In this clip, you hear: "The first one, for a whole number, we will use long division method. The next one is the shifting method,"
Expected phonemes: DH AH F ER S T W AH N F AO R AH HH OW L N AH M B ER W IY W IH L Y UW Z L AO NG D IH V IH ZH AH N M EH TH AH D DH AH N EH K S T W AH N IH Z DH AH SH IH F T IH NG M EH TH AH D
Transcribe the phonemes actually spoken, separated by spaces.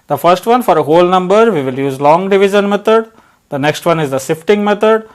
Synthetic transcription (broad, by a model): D AH F ER S T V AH N F AO R AH HH OW L N AH M B ER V IY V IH L Y UW Z L AO NG D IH V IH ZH AH N M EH T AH D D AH N EH K S T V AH N IH Z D AH S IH F T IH NG M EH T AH D